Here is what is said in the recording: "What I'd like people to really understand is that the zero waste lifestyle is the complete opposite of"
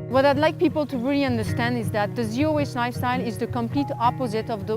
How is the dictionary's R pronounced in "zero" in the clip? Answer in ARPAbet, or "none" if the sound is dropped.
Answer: none